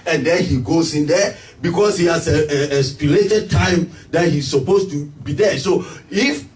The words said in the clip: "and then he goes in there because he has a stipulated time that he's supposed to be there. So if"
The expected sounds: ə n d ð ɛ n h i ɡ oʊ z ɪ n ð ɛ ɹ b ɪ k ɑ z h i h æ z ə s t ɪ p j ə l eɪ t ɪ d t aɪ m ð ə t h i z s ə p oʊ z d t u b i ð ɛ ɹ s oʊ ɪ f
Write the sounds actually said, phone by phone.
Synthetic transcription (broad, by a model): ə n d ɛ n h i ɡ oʊ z ɪ n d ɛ b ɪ k ɑ s h i h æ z ə s p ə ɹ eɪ t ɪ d t aɪ m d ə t h i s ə p oʊ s t u b i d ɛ s oʊ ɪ f